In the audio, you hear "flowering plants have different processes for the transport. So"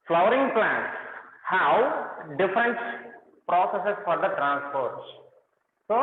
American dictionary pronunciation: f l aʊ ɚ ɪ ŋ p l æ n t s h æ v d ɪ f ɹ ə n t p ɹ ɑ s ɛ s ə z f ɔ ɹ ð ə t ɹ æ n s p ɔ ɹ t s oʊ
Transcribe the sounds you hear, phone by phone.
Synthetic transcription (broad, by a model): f l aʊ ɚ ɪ ŋ p l æ n t s h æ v d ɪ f ɹ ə n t p ɹ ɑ s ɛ s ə s f ɔ ɹ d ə t ɹ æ n s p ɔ ɹ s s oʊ